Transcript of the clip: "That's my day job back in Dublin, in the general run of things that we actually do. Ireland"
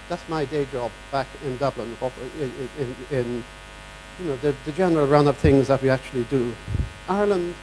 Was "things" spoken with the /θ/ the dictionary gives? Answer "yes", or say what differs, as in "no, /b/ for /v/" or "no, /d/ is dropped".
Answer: yes